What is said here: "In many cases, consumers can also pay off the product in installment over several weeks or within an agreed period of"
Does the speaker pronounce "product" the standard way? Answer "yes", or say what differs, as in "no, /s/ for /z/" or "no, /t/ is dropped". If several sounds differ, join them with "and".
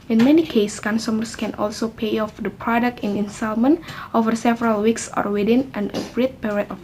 yes